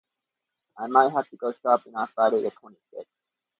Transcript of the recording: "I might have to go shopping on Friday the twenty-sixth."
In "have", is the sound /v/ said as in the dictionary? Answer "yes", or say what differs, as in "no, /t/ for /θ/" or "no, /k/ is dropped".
no, /f/ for /v/